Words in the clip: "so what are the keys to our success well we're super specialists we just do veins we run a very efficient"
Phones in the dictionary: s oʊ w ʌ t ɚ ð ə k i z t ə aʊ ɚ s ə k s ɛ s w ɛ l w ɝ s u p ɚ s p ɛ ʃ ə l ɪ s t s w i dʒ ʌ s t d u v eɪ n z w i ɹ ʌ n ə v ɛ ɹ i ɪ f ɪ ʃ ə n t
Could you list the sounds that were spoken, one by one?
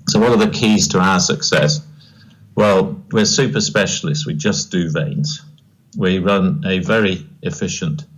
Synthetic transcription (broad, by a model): s oʊ w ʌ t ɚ ð ə k i z t ə aʊ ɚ s ə k s ɛ s w ɛ l w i s u p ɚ s p ɛ ʃ ə l ɪ s t s w i dʒ ʌ s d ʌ v eɪ n z w i ɹ ʌ n ə v ɛ ɹ i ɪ f ɪ ʃ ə n t